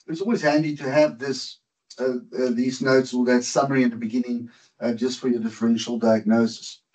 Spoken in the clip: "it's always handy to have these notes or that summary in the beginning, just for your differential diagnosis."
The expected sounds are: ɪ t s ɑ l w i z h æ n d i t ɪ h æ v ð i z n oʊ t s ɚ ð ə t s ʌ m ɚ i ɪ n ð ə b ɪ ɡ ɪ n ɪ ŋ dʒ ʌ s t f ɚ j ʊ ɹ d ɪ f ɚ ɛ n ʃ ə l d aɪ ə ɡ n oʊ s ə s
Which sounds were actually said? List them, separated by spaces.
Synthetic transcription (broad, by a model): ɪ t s ɑ l w i z h æ n d i t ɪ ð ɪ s ð i z n oʊ t s ɚ ð ə t s ʌ m ɚ i ɪ n ð ə b ɪ ɡ ɪ n ɪ ŋ dʒ ʌ s t f ɚ j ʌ ɹ d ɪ f ɚ ɛ n ʃ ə l d aɪ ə ɡ n oʊ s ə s